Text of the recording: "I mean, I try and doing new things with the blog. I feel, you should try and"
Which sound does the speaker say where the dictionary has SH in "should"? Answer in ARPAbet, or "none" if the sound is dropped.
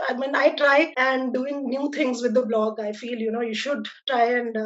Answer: SH